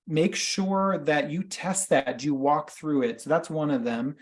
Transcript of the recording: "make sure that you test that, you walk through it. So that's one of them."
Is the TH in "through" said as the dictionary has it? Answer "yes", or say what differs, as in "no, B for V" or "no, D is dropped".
yes